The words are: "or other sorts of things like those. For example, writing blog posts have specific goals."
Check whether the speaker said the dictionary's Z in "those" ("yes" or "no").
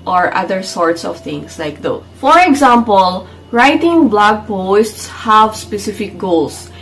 no